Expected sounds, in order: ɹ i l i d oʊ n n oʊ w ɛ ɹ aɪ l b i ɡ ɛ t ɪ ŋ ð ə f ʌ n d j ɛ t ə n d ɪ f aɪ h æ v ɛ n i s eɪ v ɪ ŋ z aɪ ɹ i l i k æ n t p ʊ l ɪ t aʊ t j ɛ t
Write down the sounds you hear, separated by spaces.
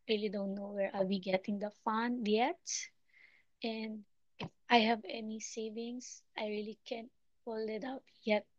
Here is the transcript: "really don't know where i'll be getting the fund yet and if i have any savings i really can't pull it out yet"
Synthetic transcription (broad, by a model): ɹ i l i d oʊ n n oʊ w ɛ ɹ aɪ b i ɡ ɛ t ɪ ŋ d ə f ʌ n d j ɛ t ə n d ɪ f aɪ h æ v ɛ n i s eɪ v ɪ ŋ s aɪ ɹ i l i k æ n t f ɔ l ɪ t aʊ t j ɛ t